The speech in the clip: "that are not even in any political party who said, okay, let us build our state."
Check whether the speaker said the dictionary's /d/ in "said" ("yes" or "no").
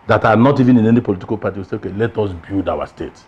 no